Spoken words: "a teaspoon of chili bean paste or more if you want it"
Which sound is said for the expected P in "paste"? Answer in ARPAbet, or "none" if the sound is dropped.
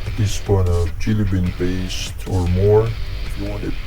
B